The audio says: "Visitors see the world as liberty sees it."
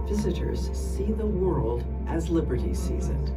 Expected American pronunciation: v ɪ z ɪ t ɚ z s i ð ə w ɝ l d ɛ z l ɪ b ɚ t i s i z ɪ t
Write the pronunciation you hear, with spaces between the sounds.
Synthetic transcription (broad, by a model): v ɪ z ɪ t ɚ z s i ð ə w ɝ l d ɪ z l ɪ b ɚ t i s i z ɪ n